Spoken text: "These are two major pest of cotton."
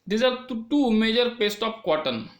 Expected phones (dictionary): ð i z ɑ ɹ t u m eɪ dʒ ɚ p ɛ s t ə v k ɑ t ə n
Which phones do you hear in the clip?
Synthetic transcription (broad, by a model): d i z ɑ ɹ t u m eɪ dʒ ɚ p ɛ s t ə p k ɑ t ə n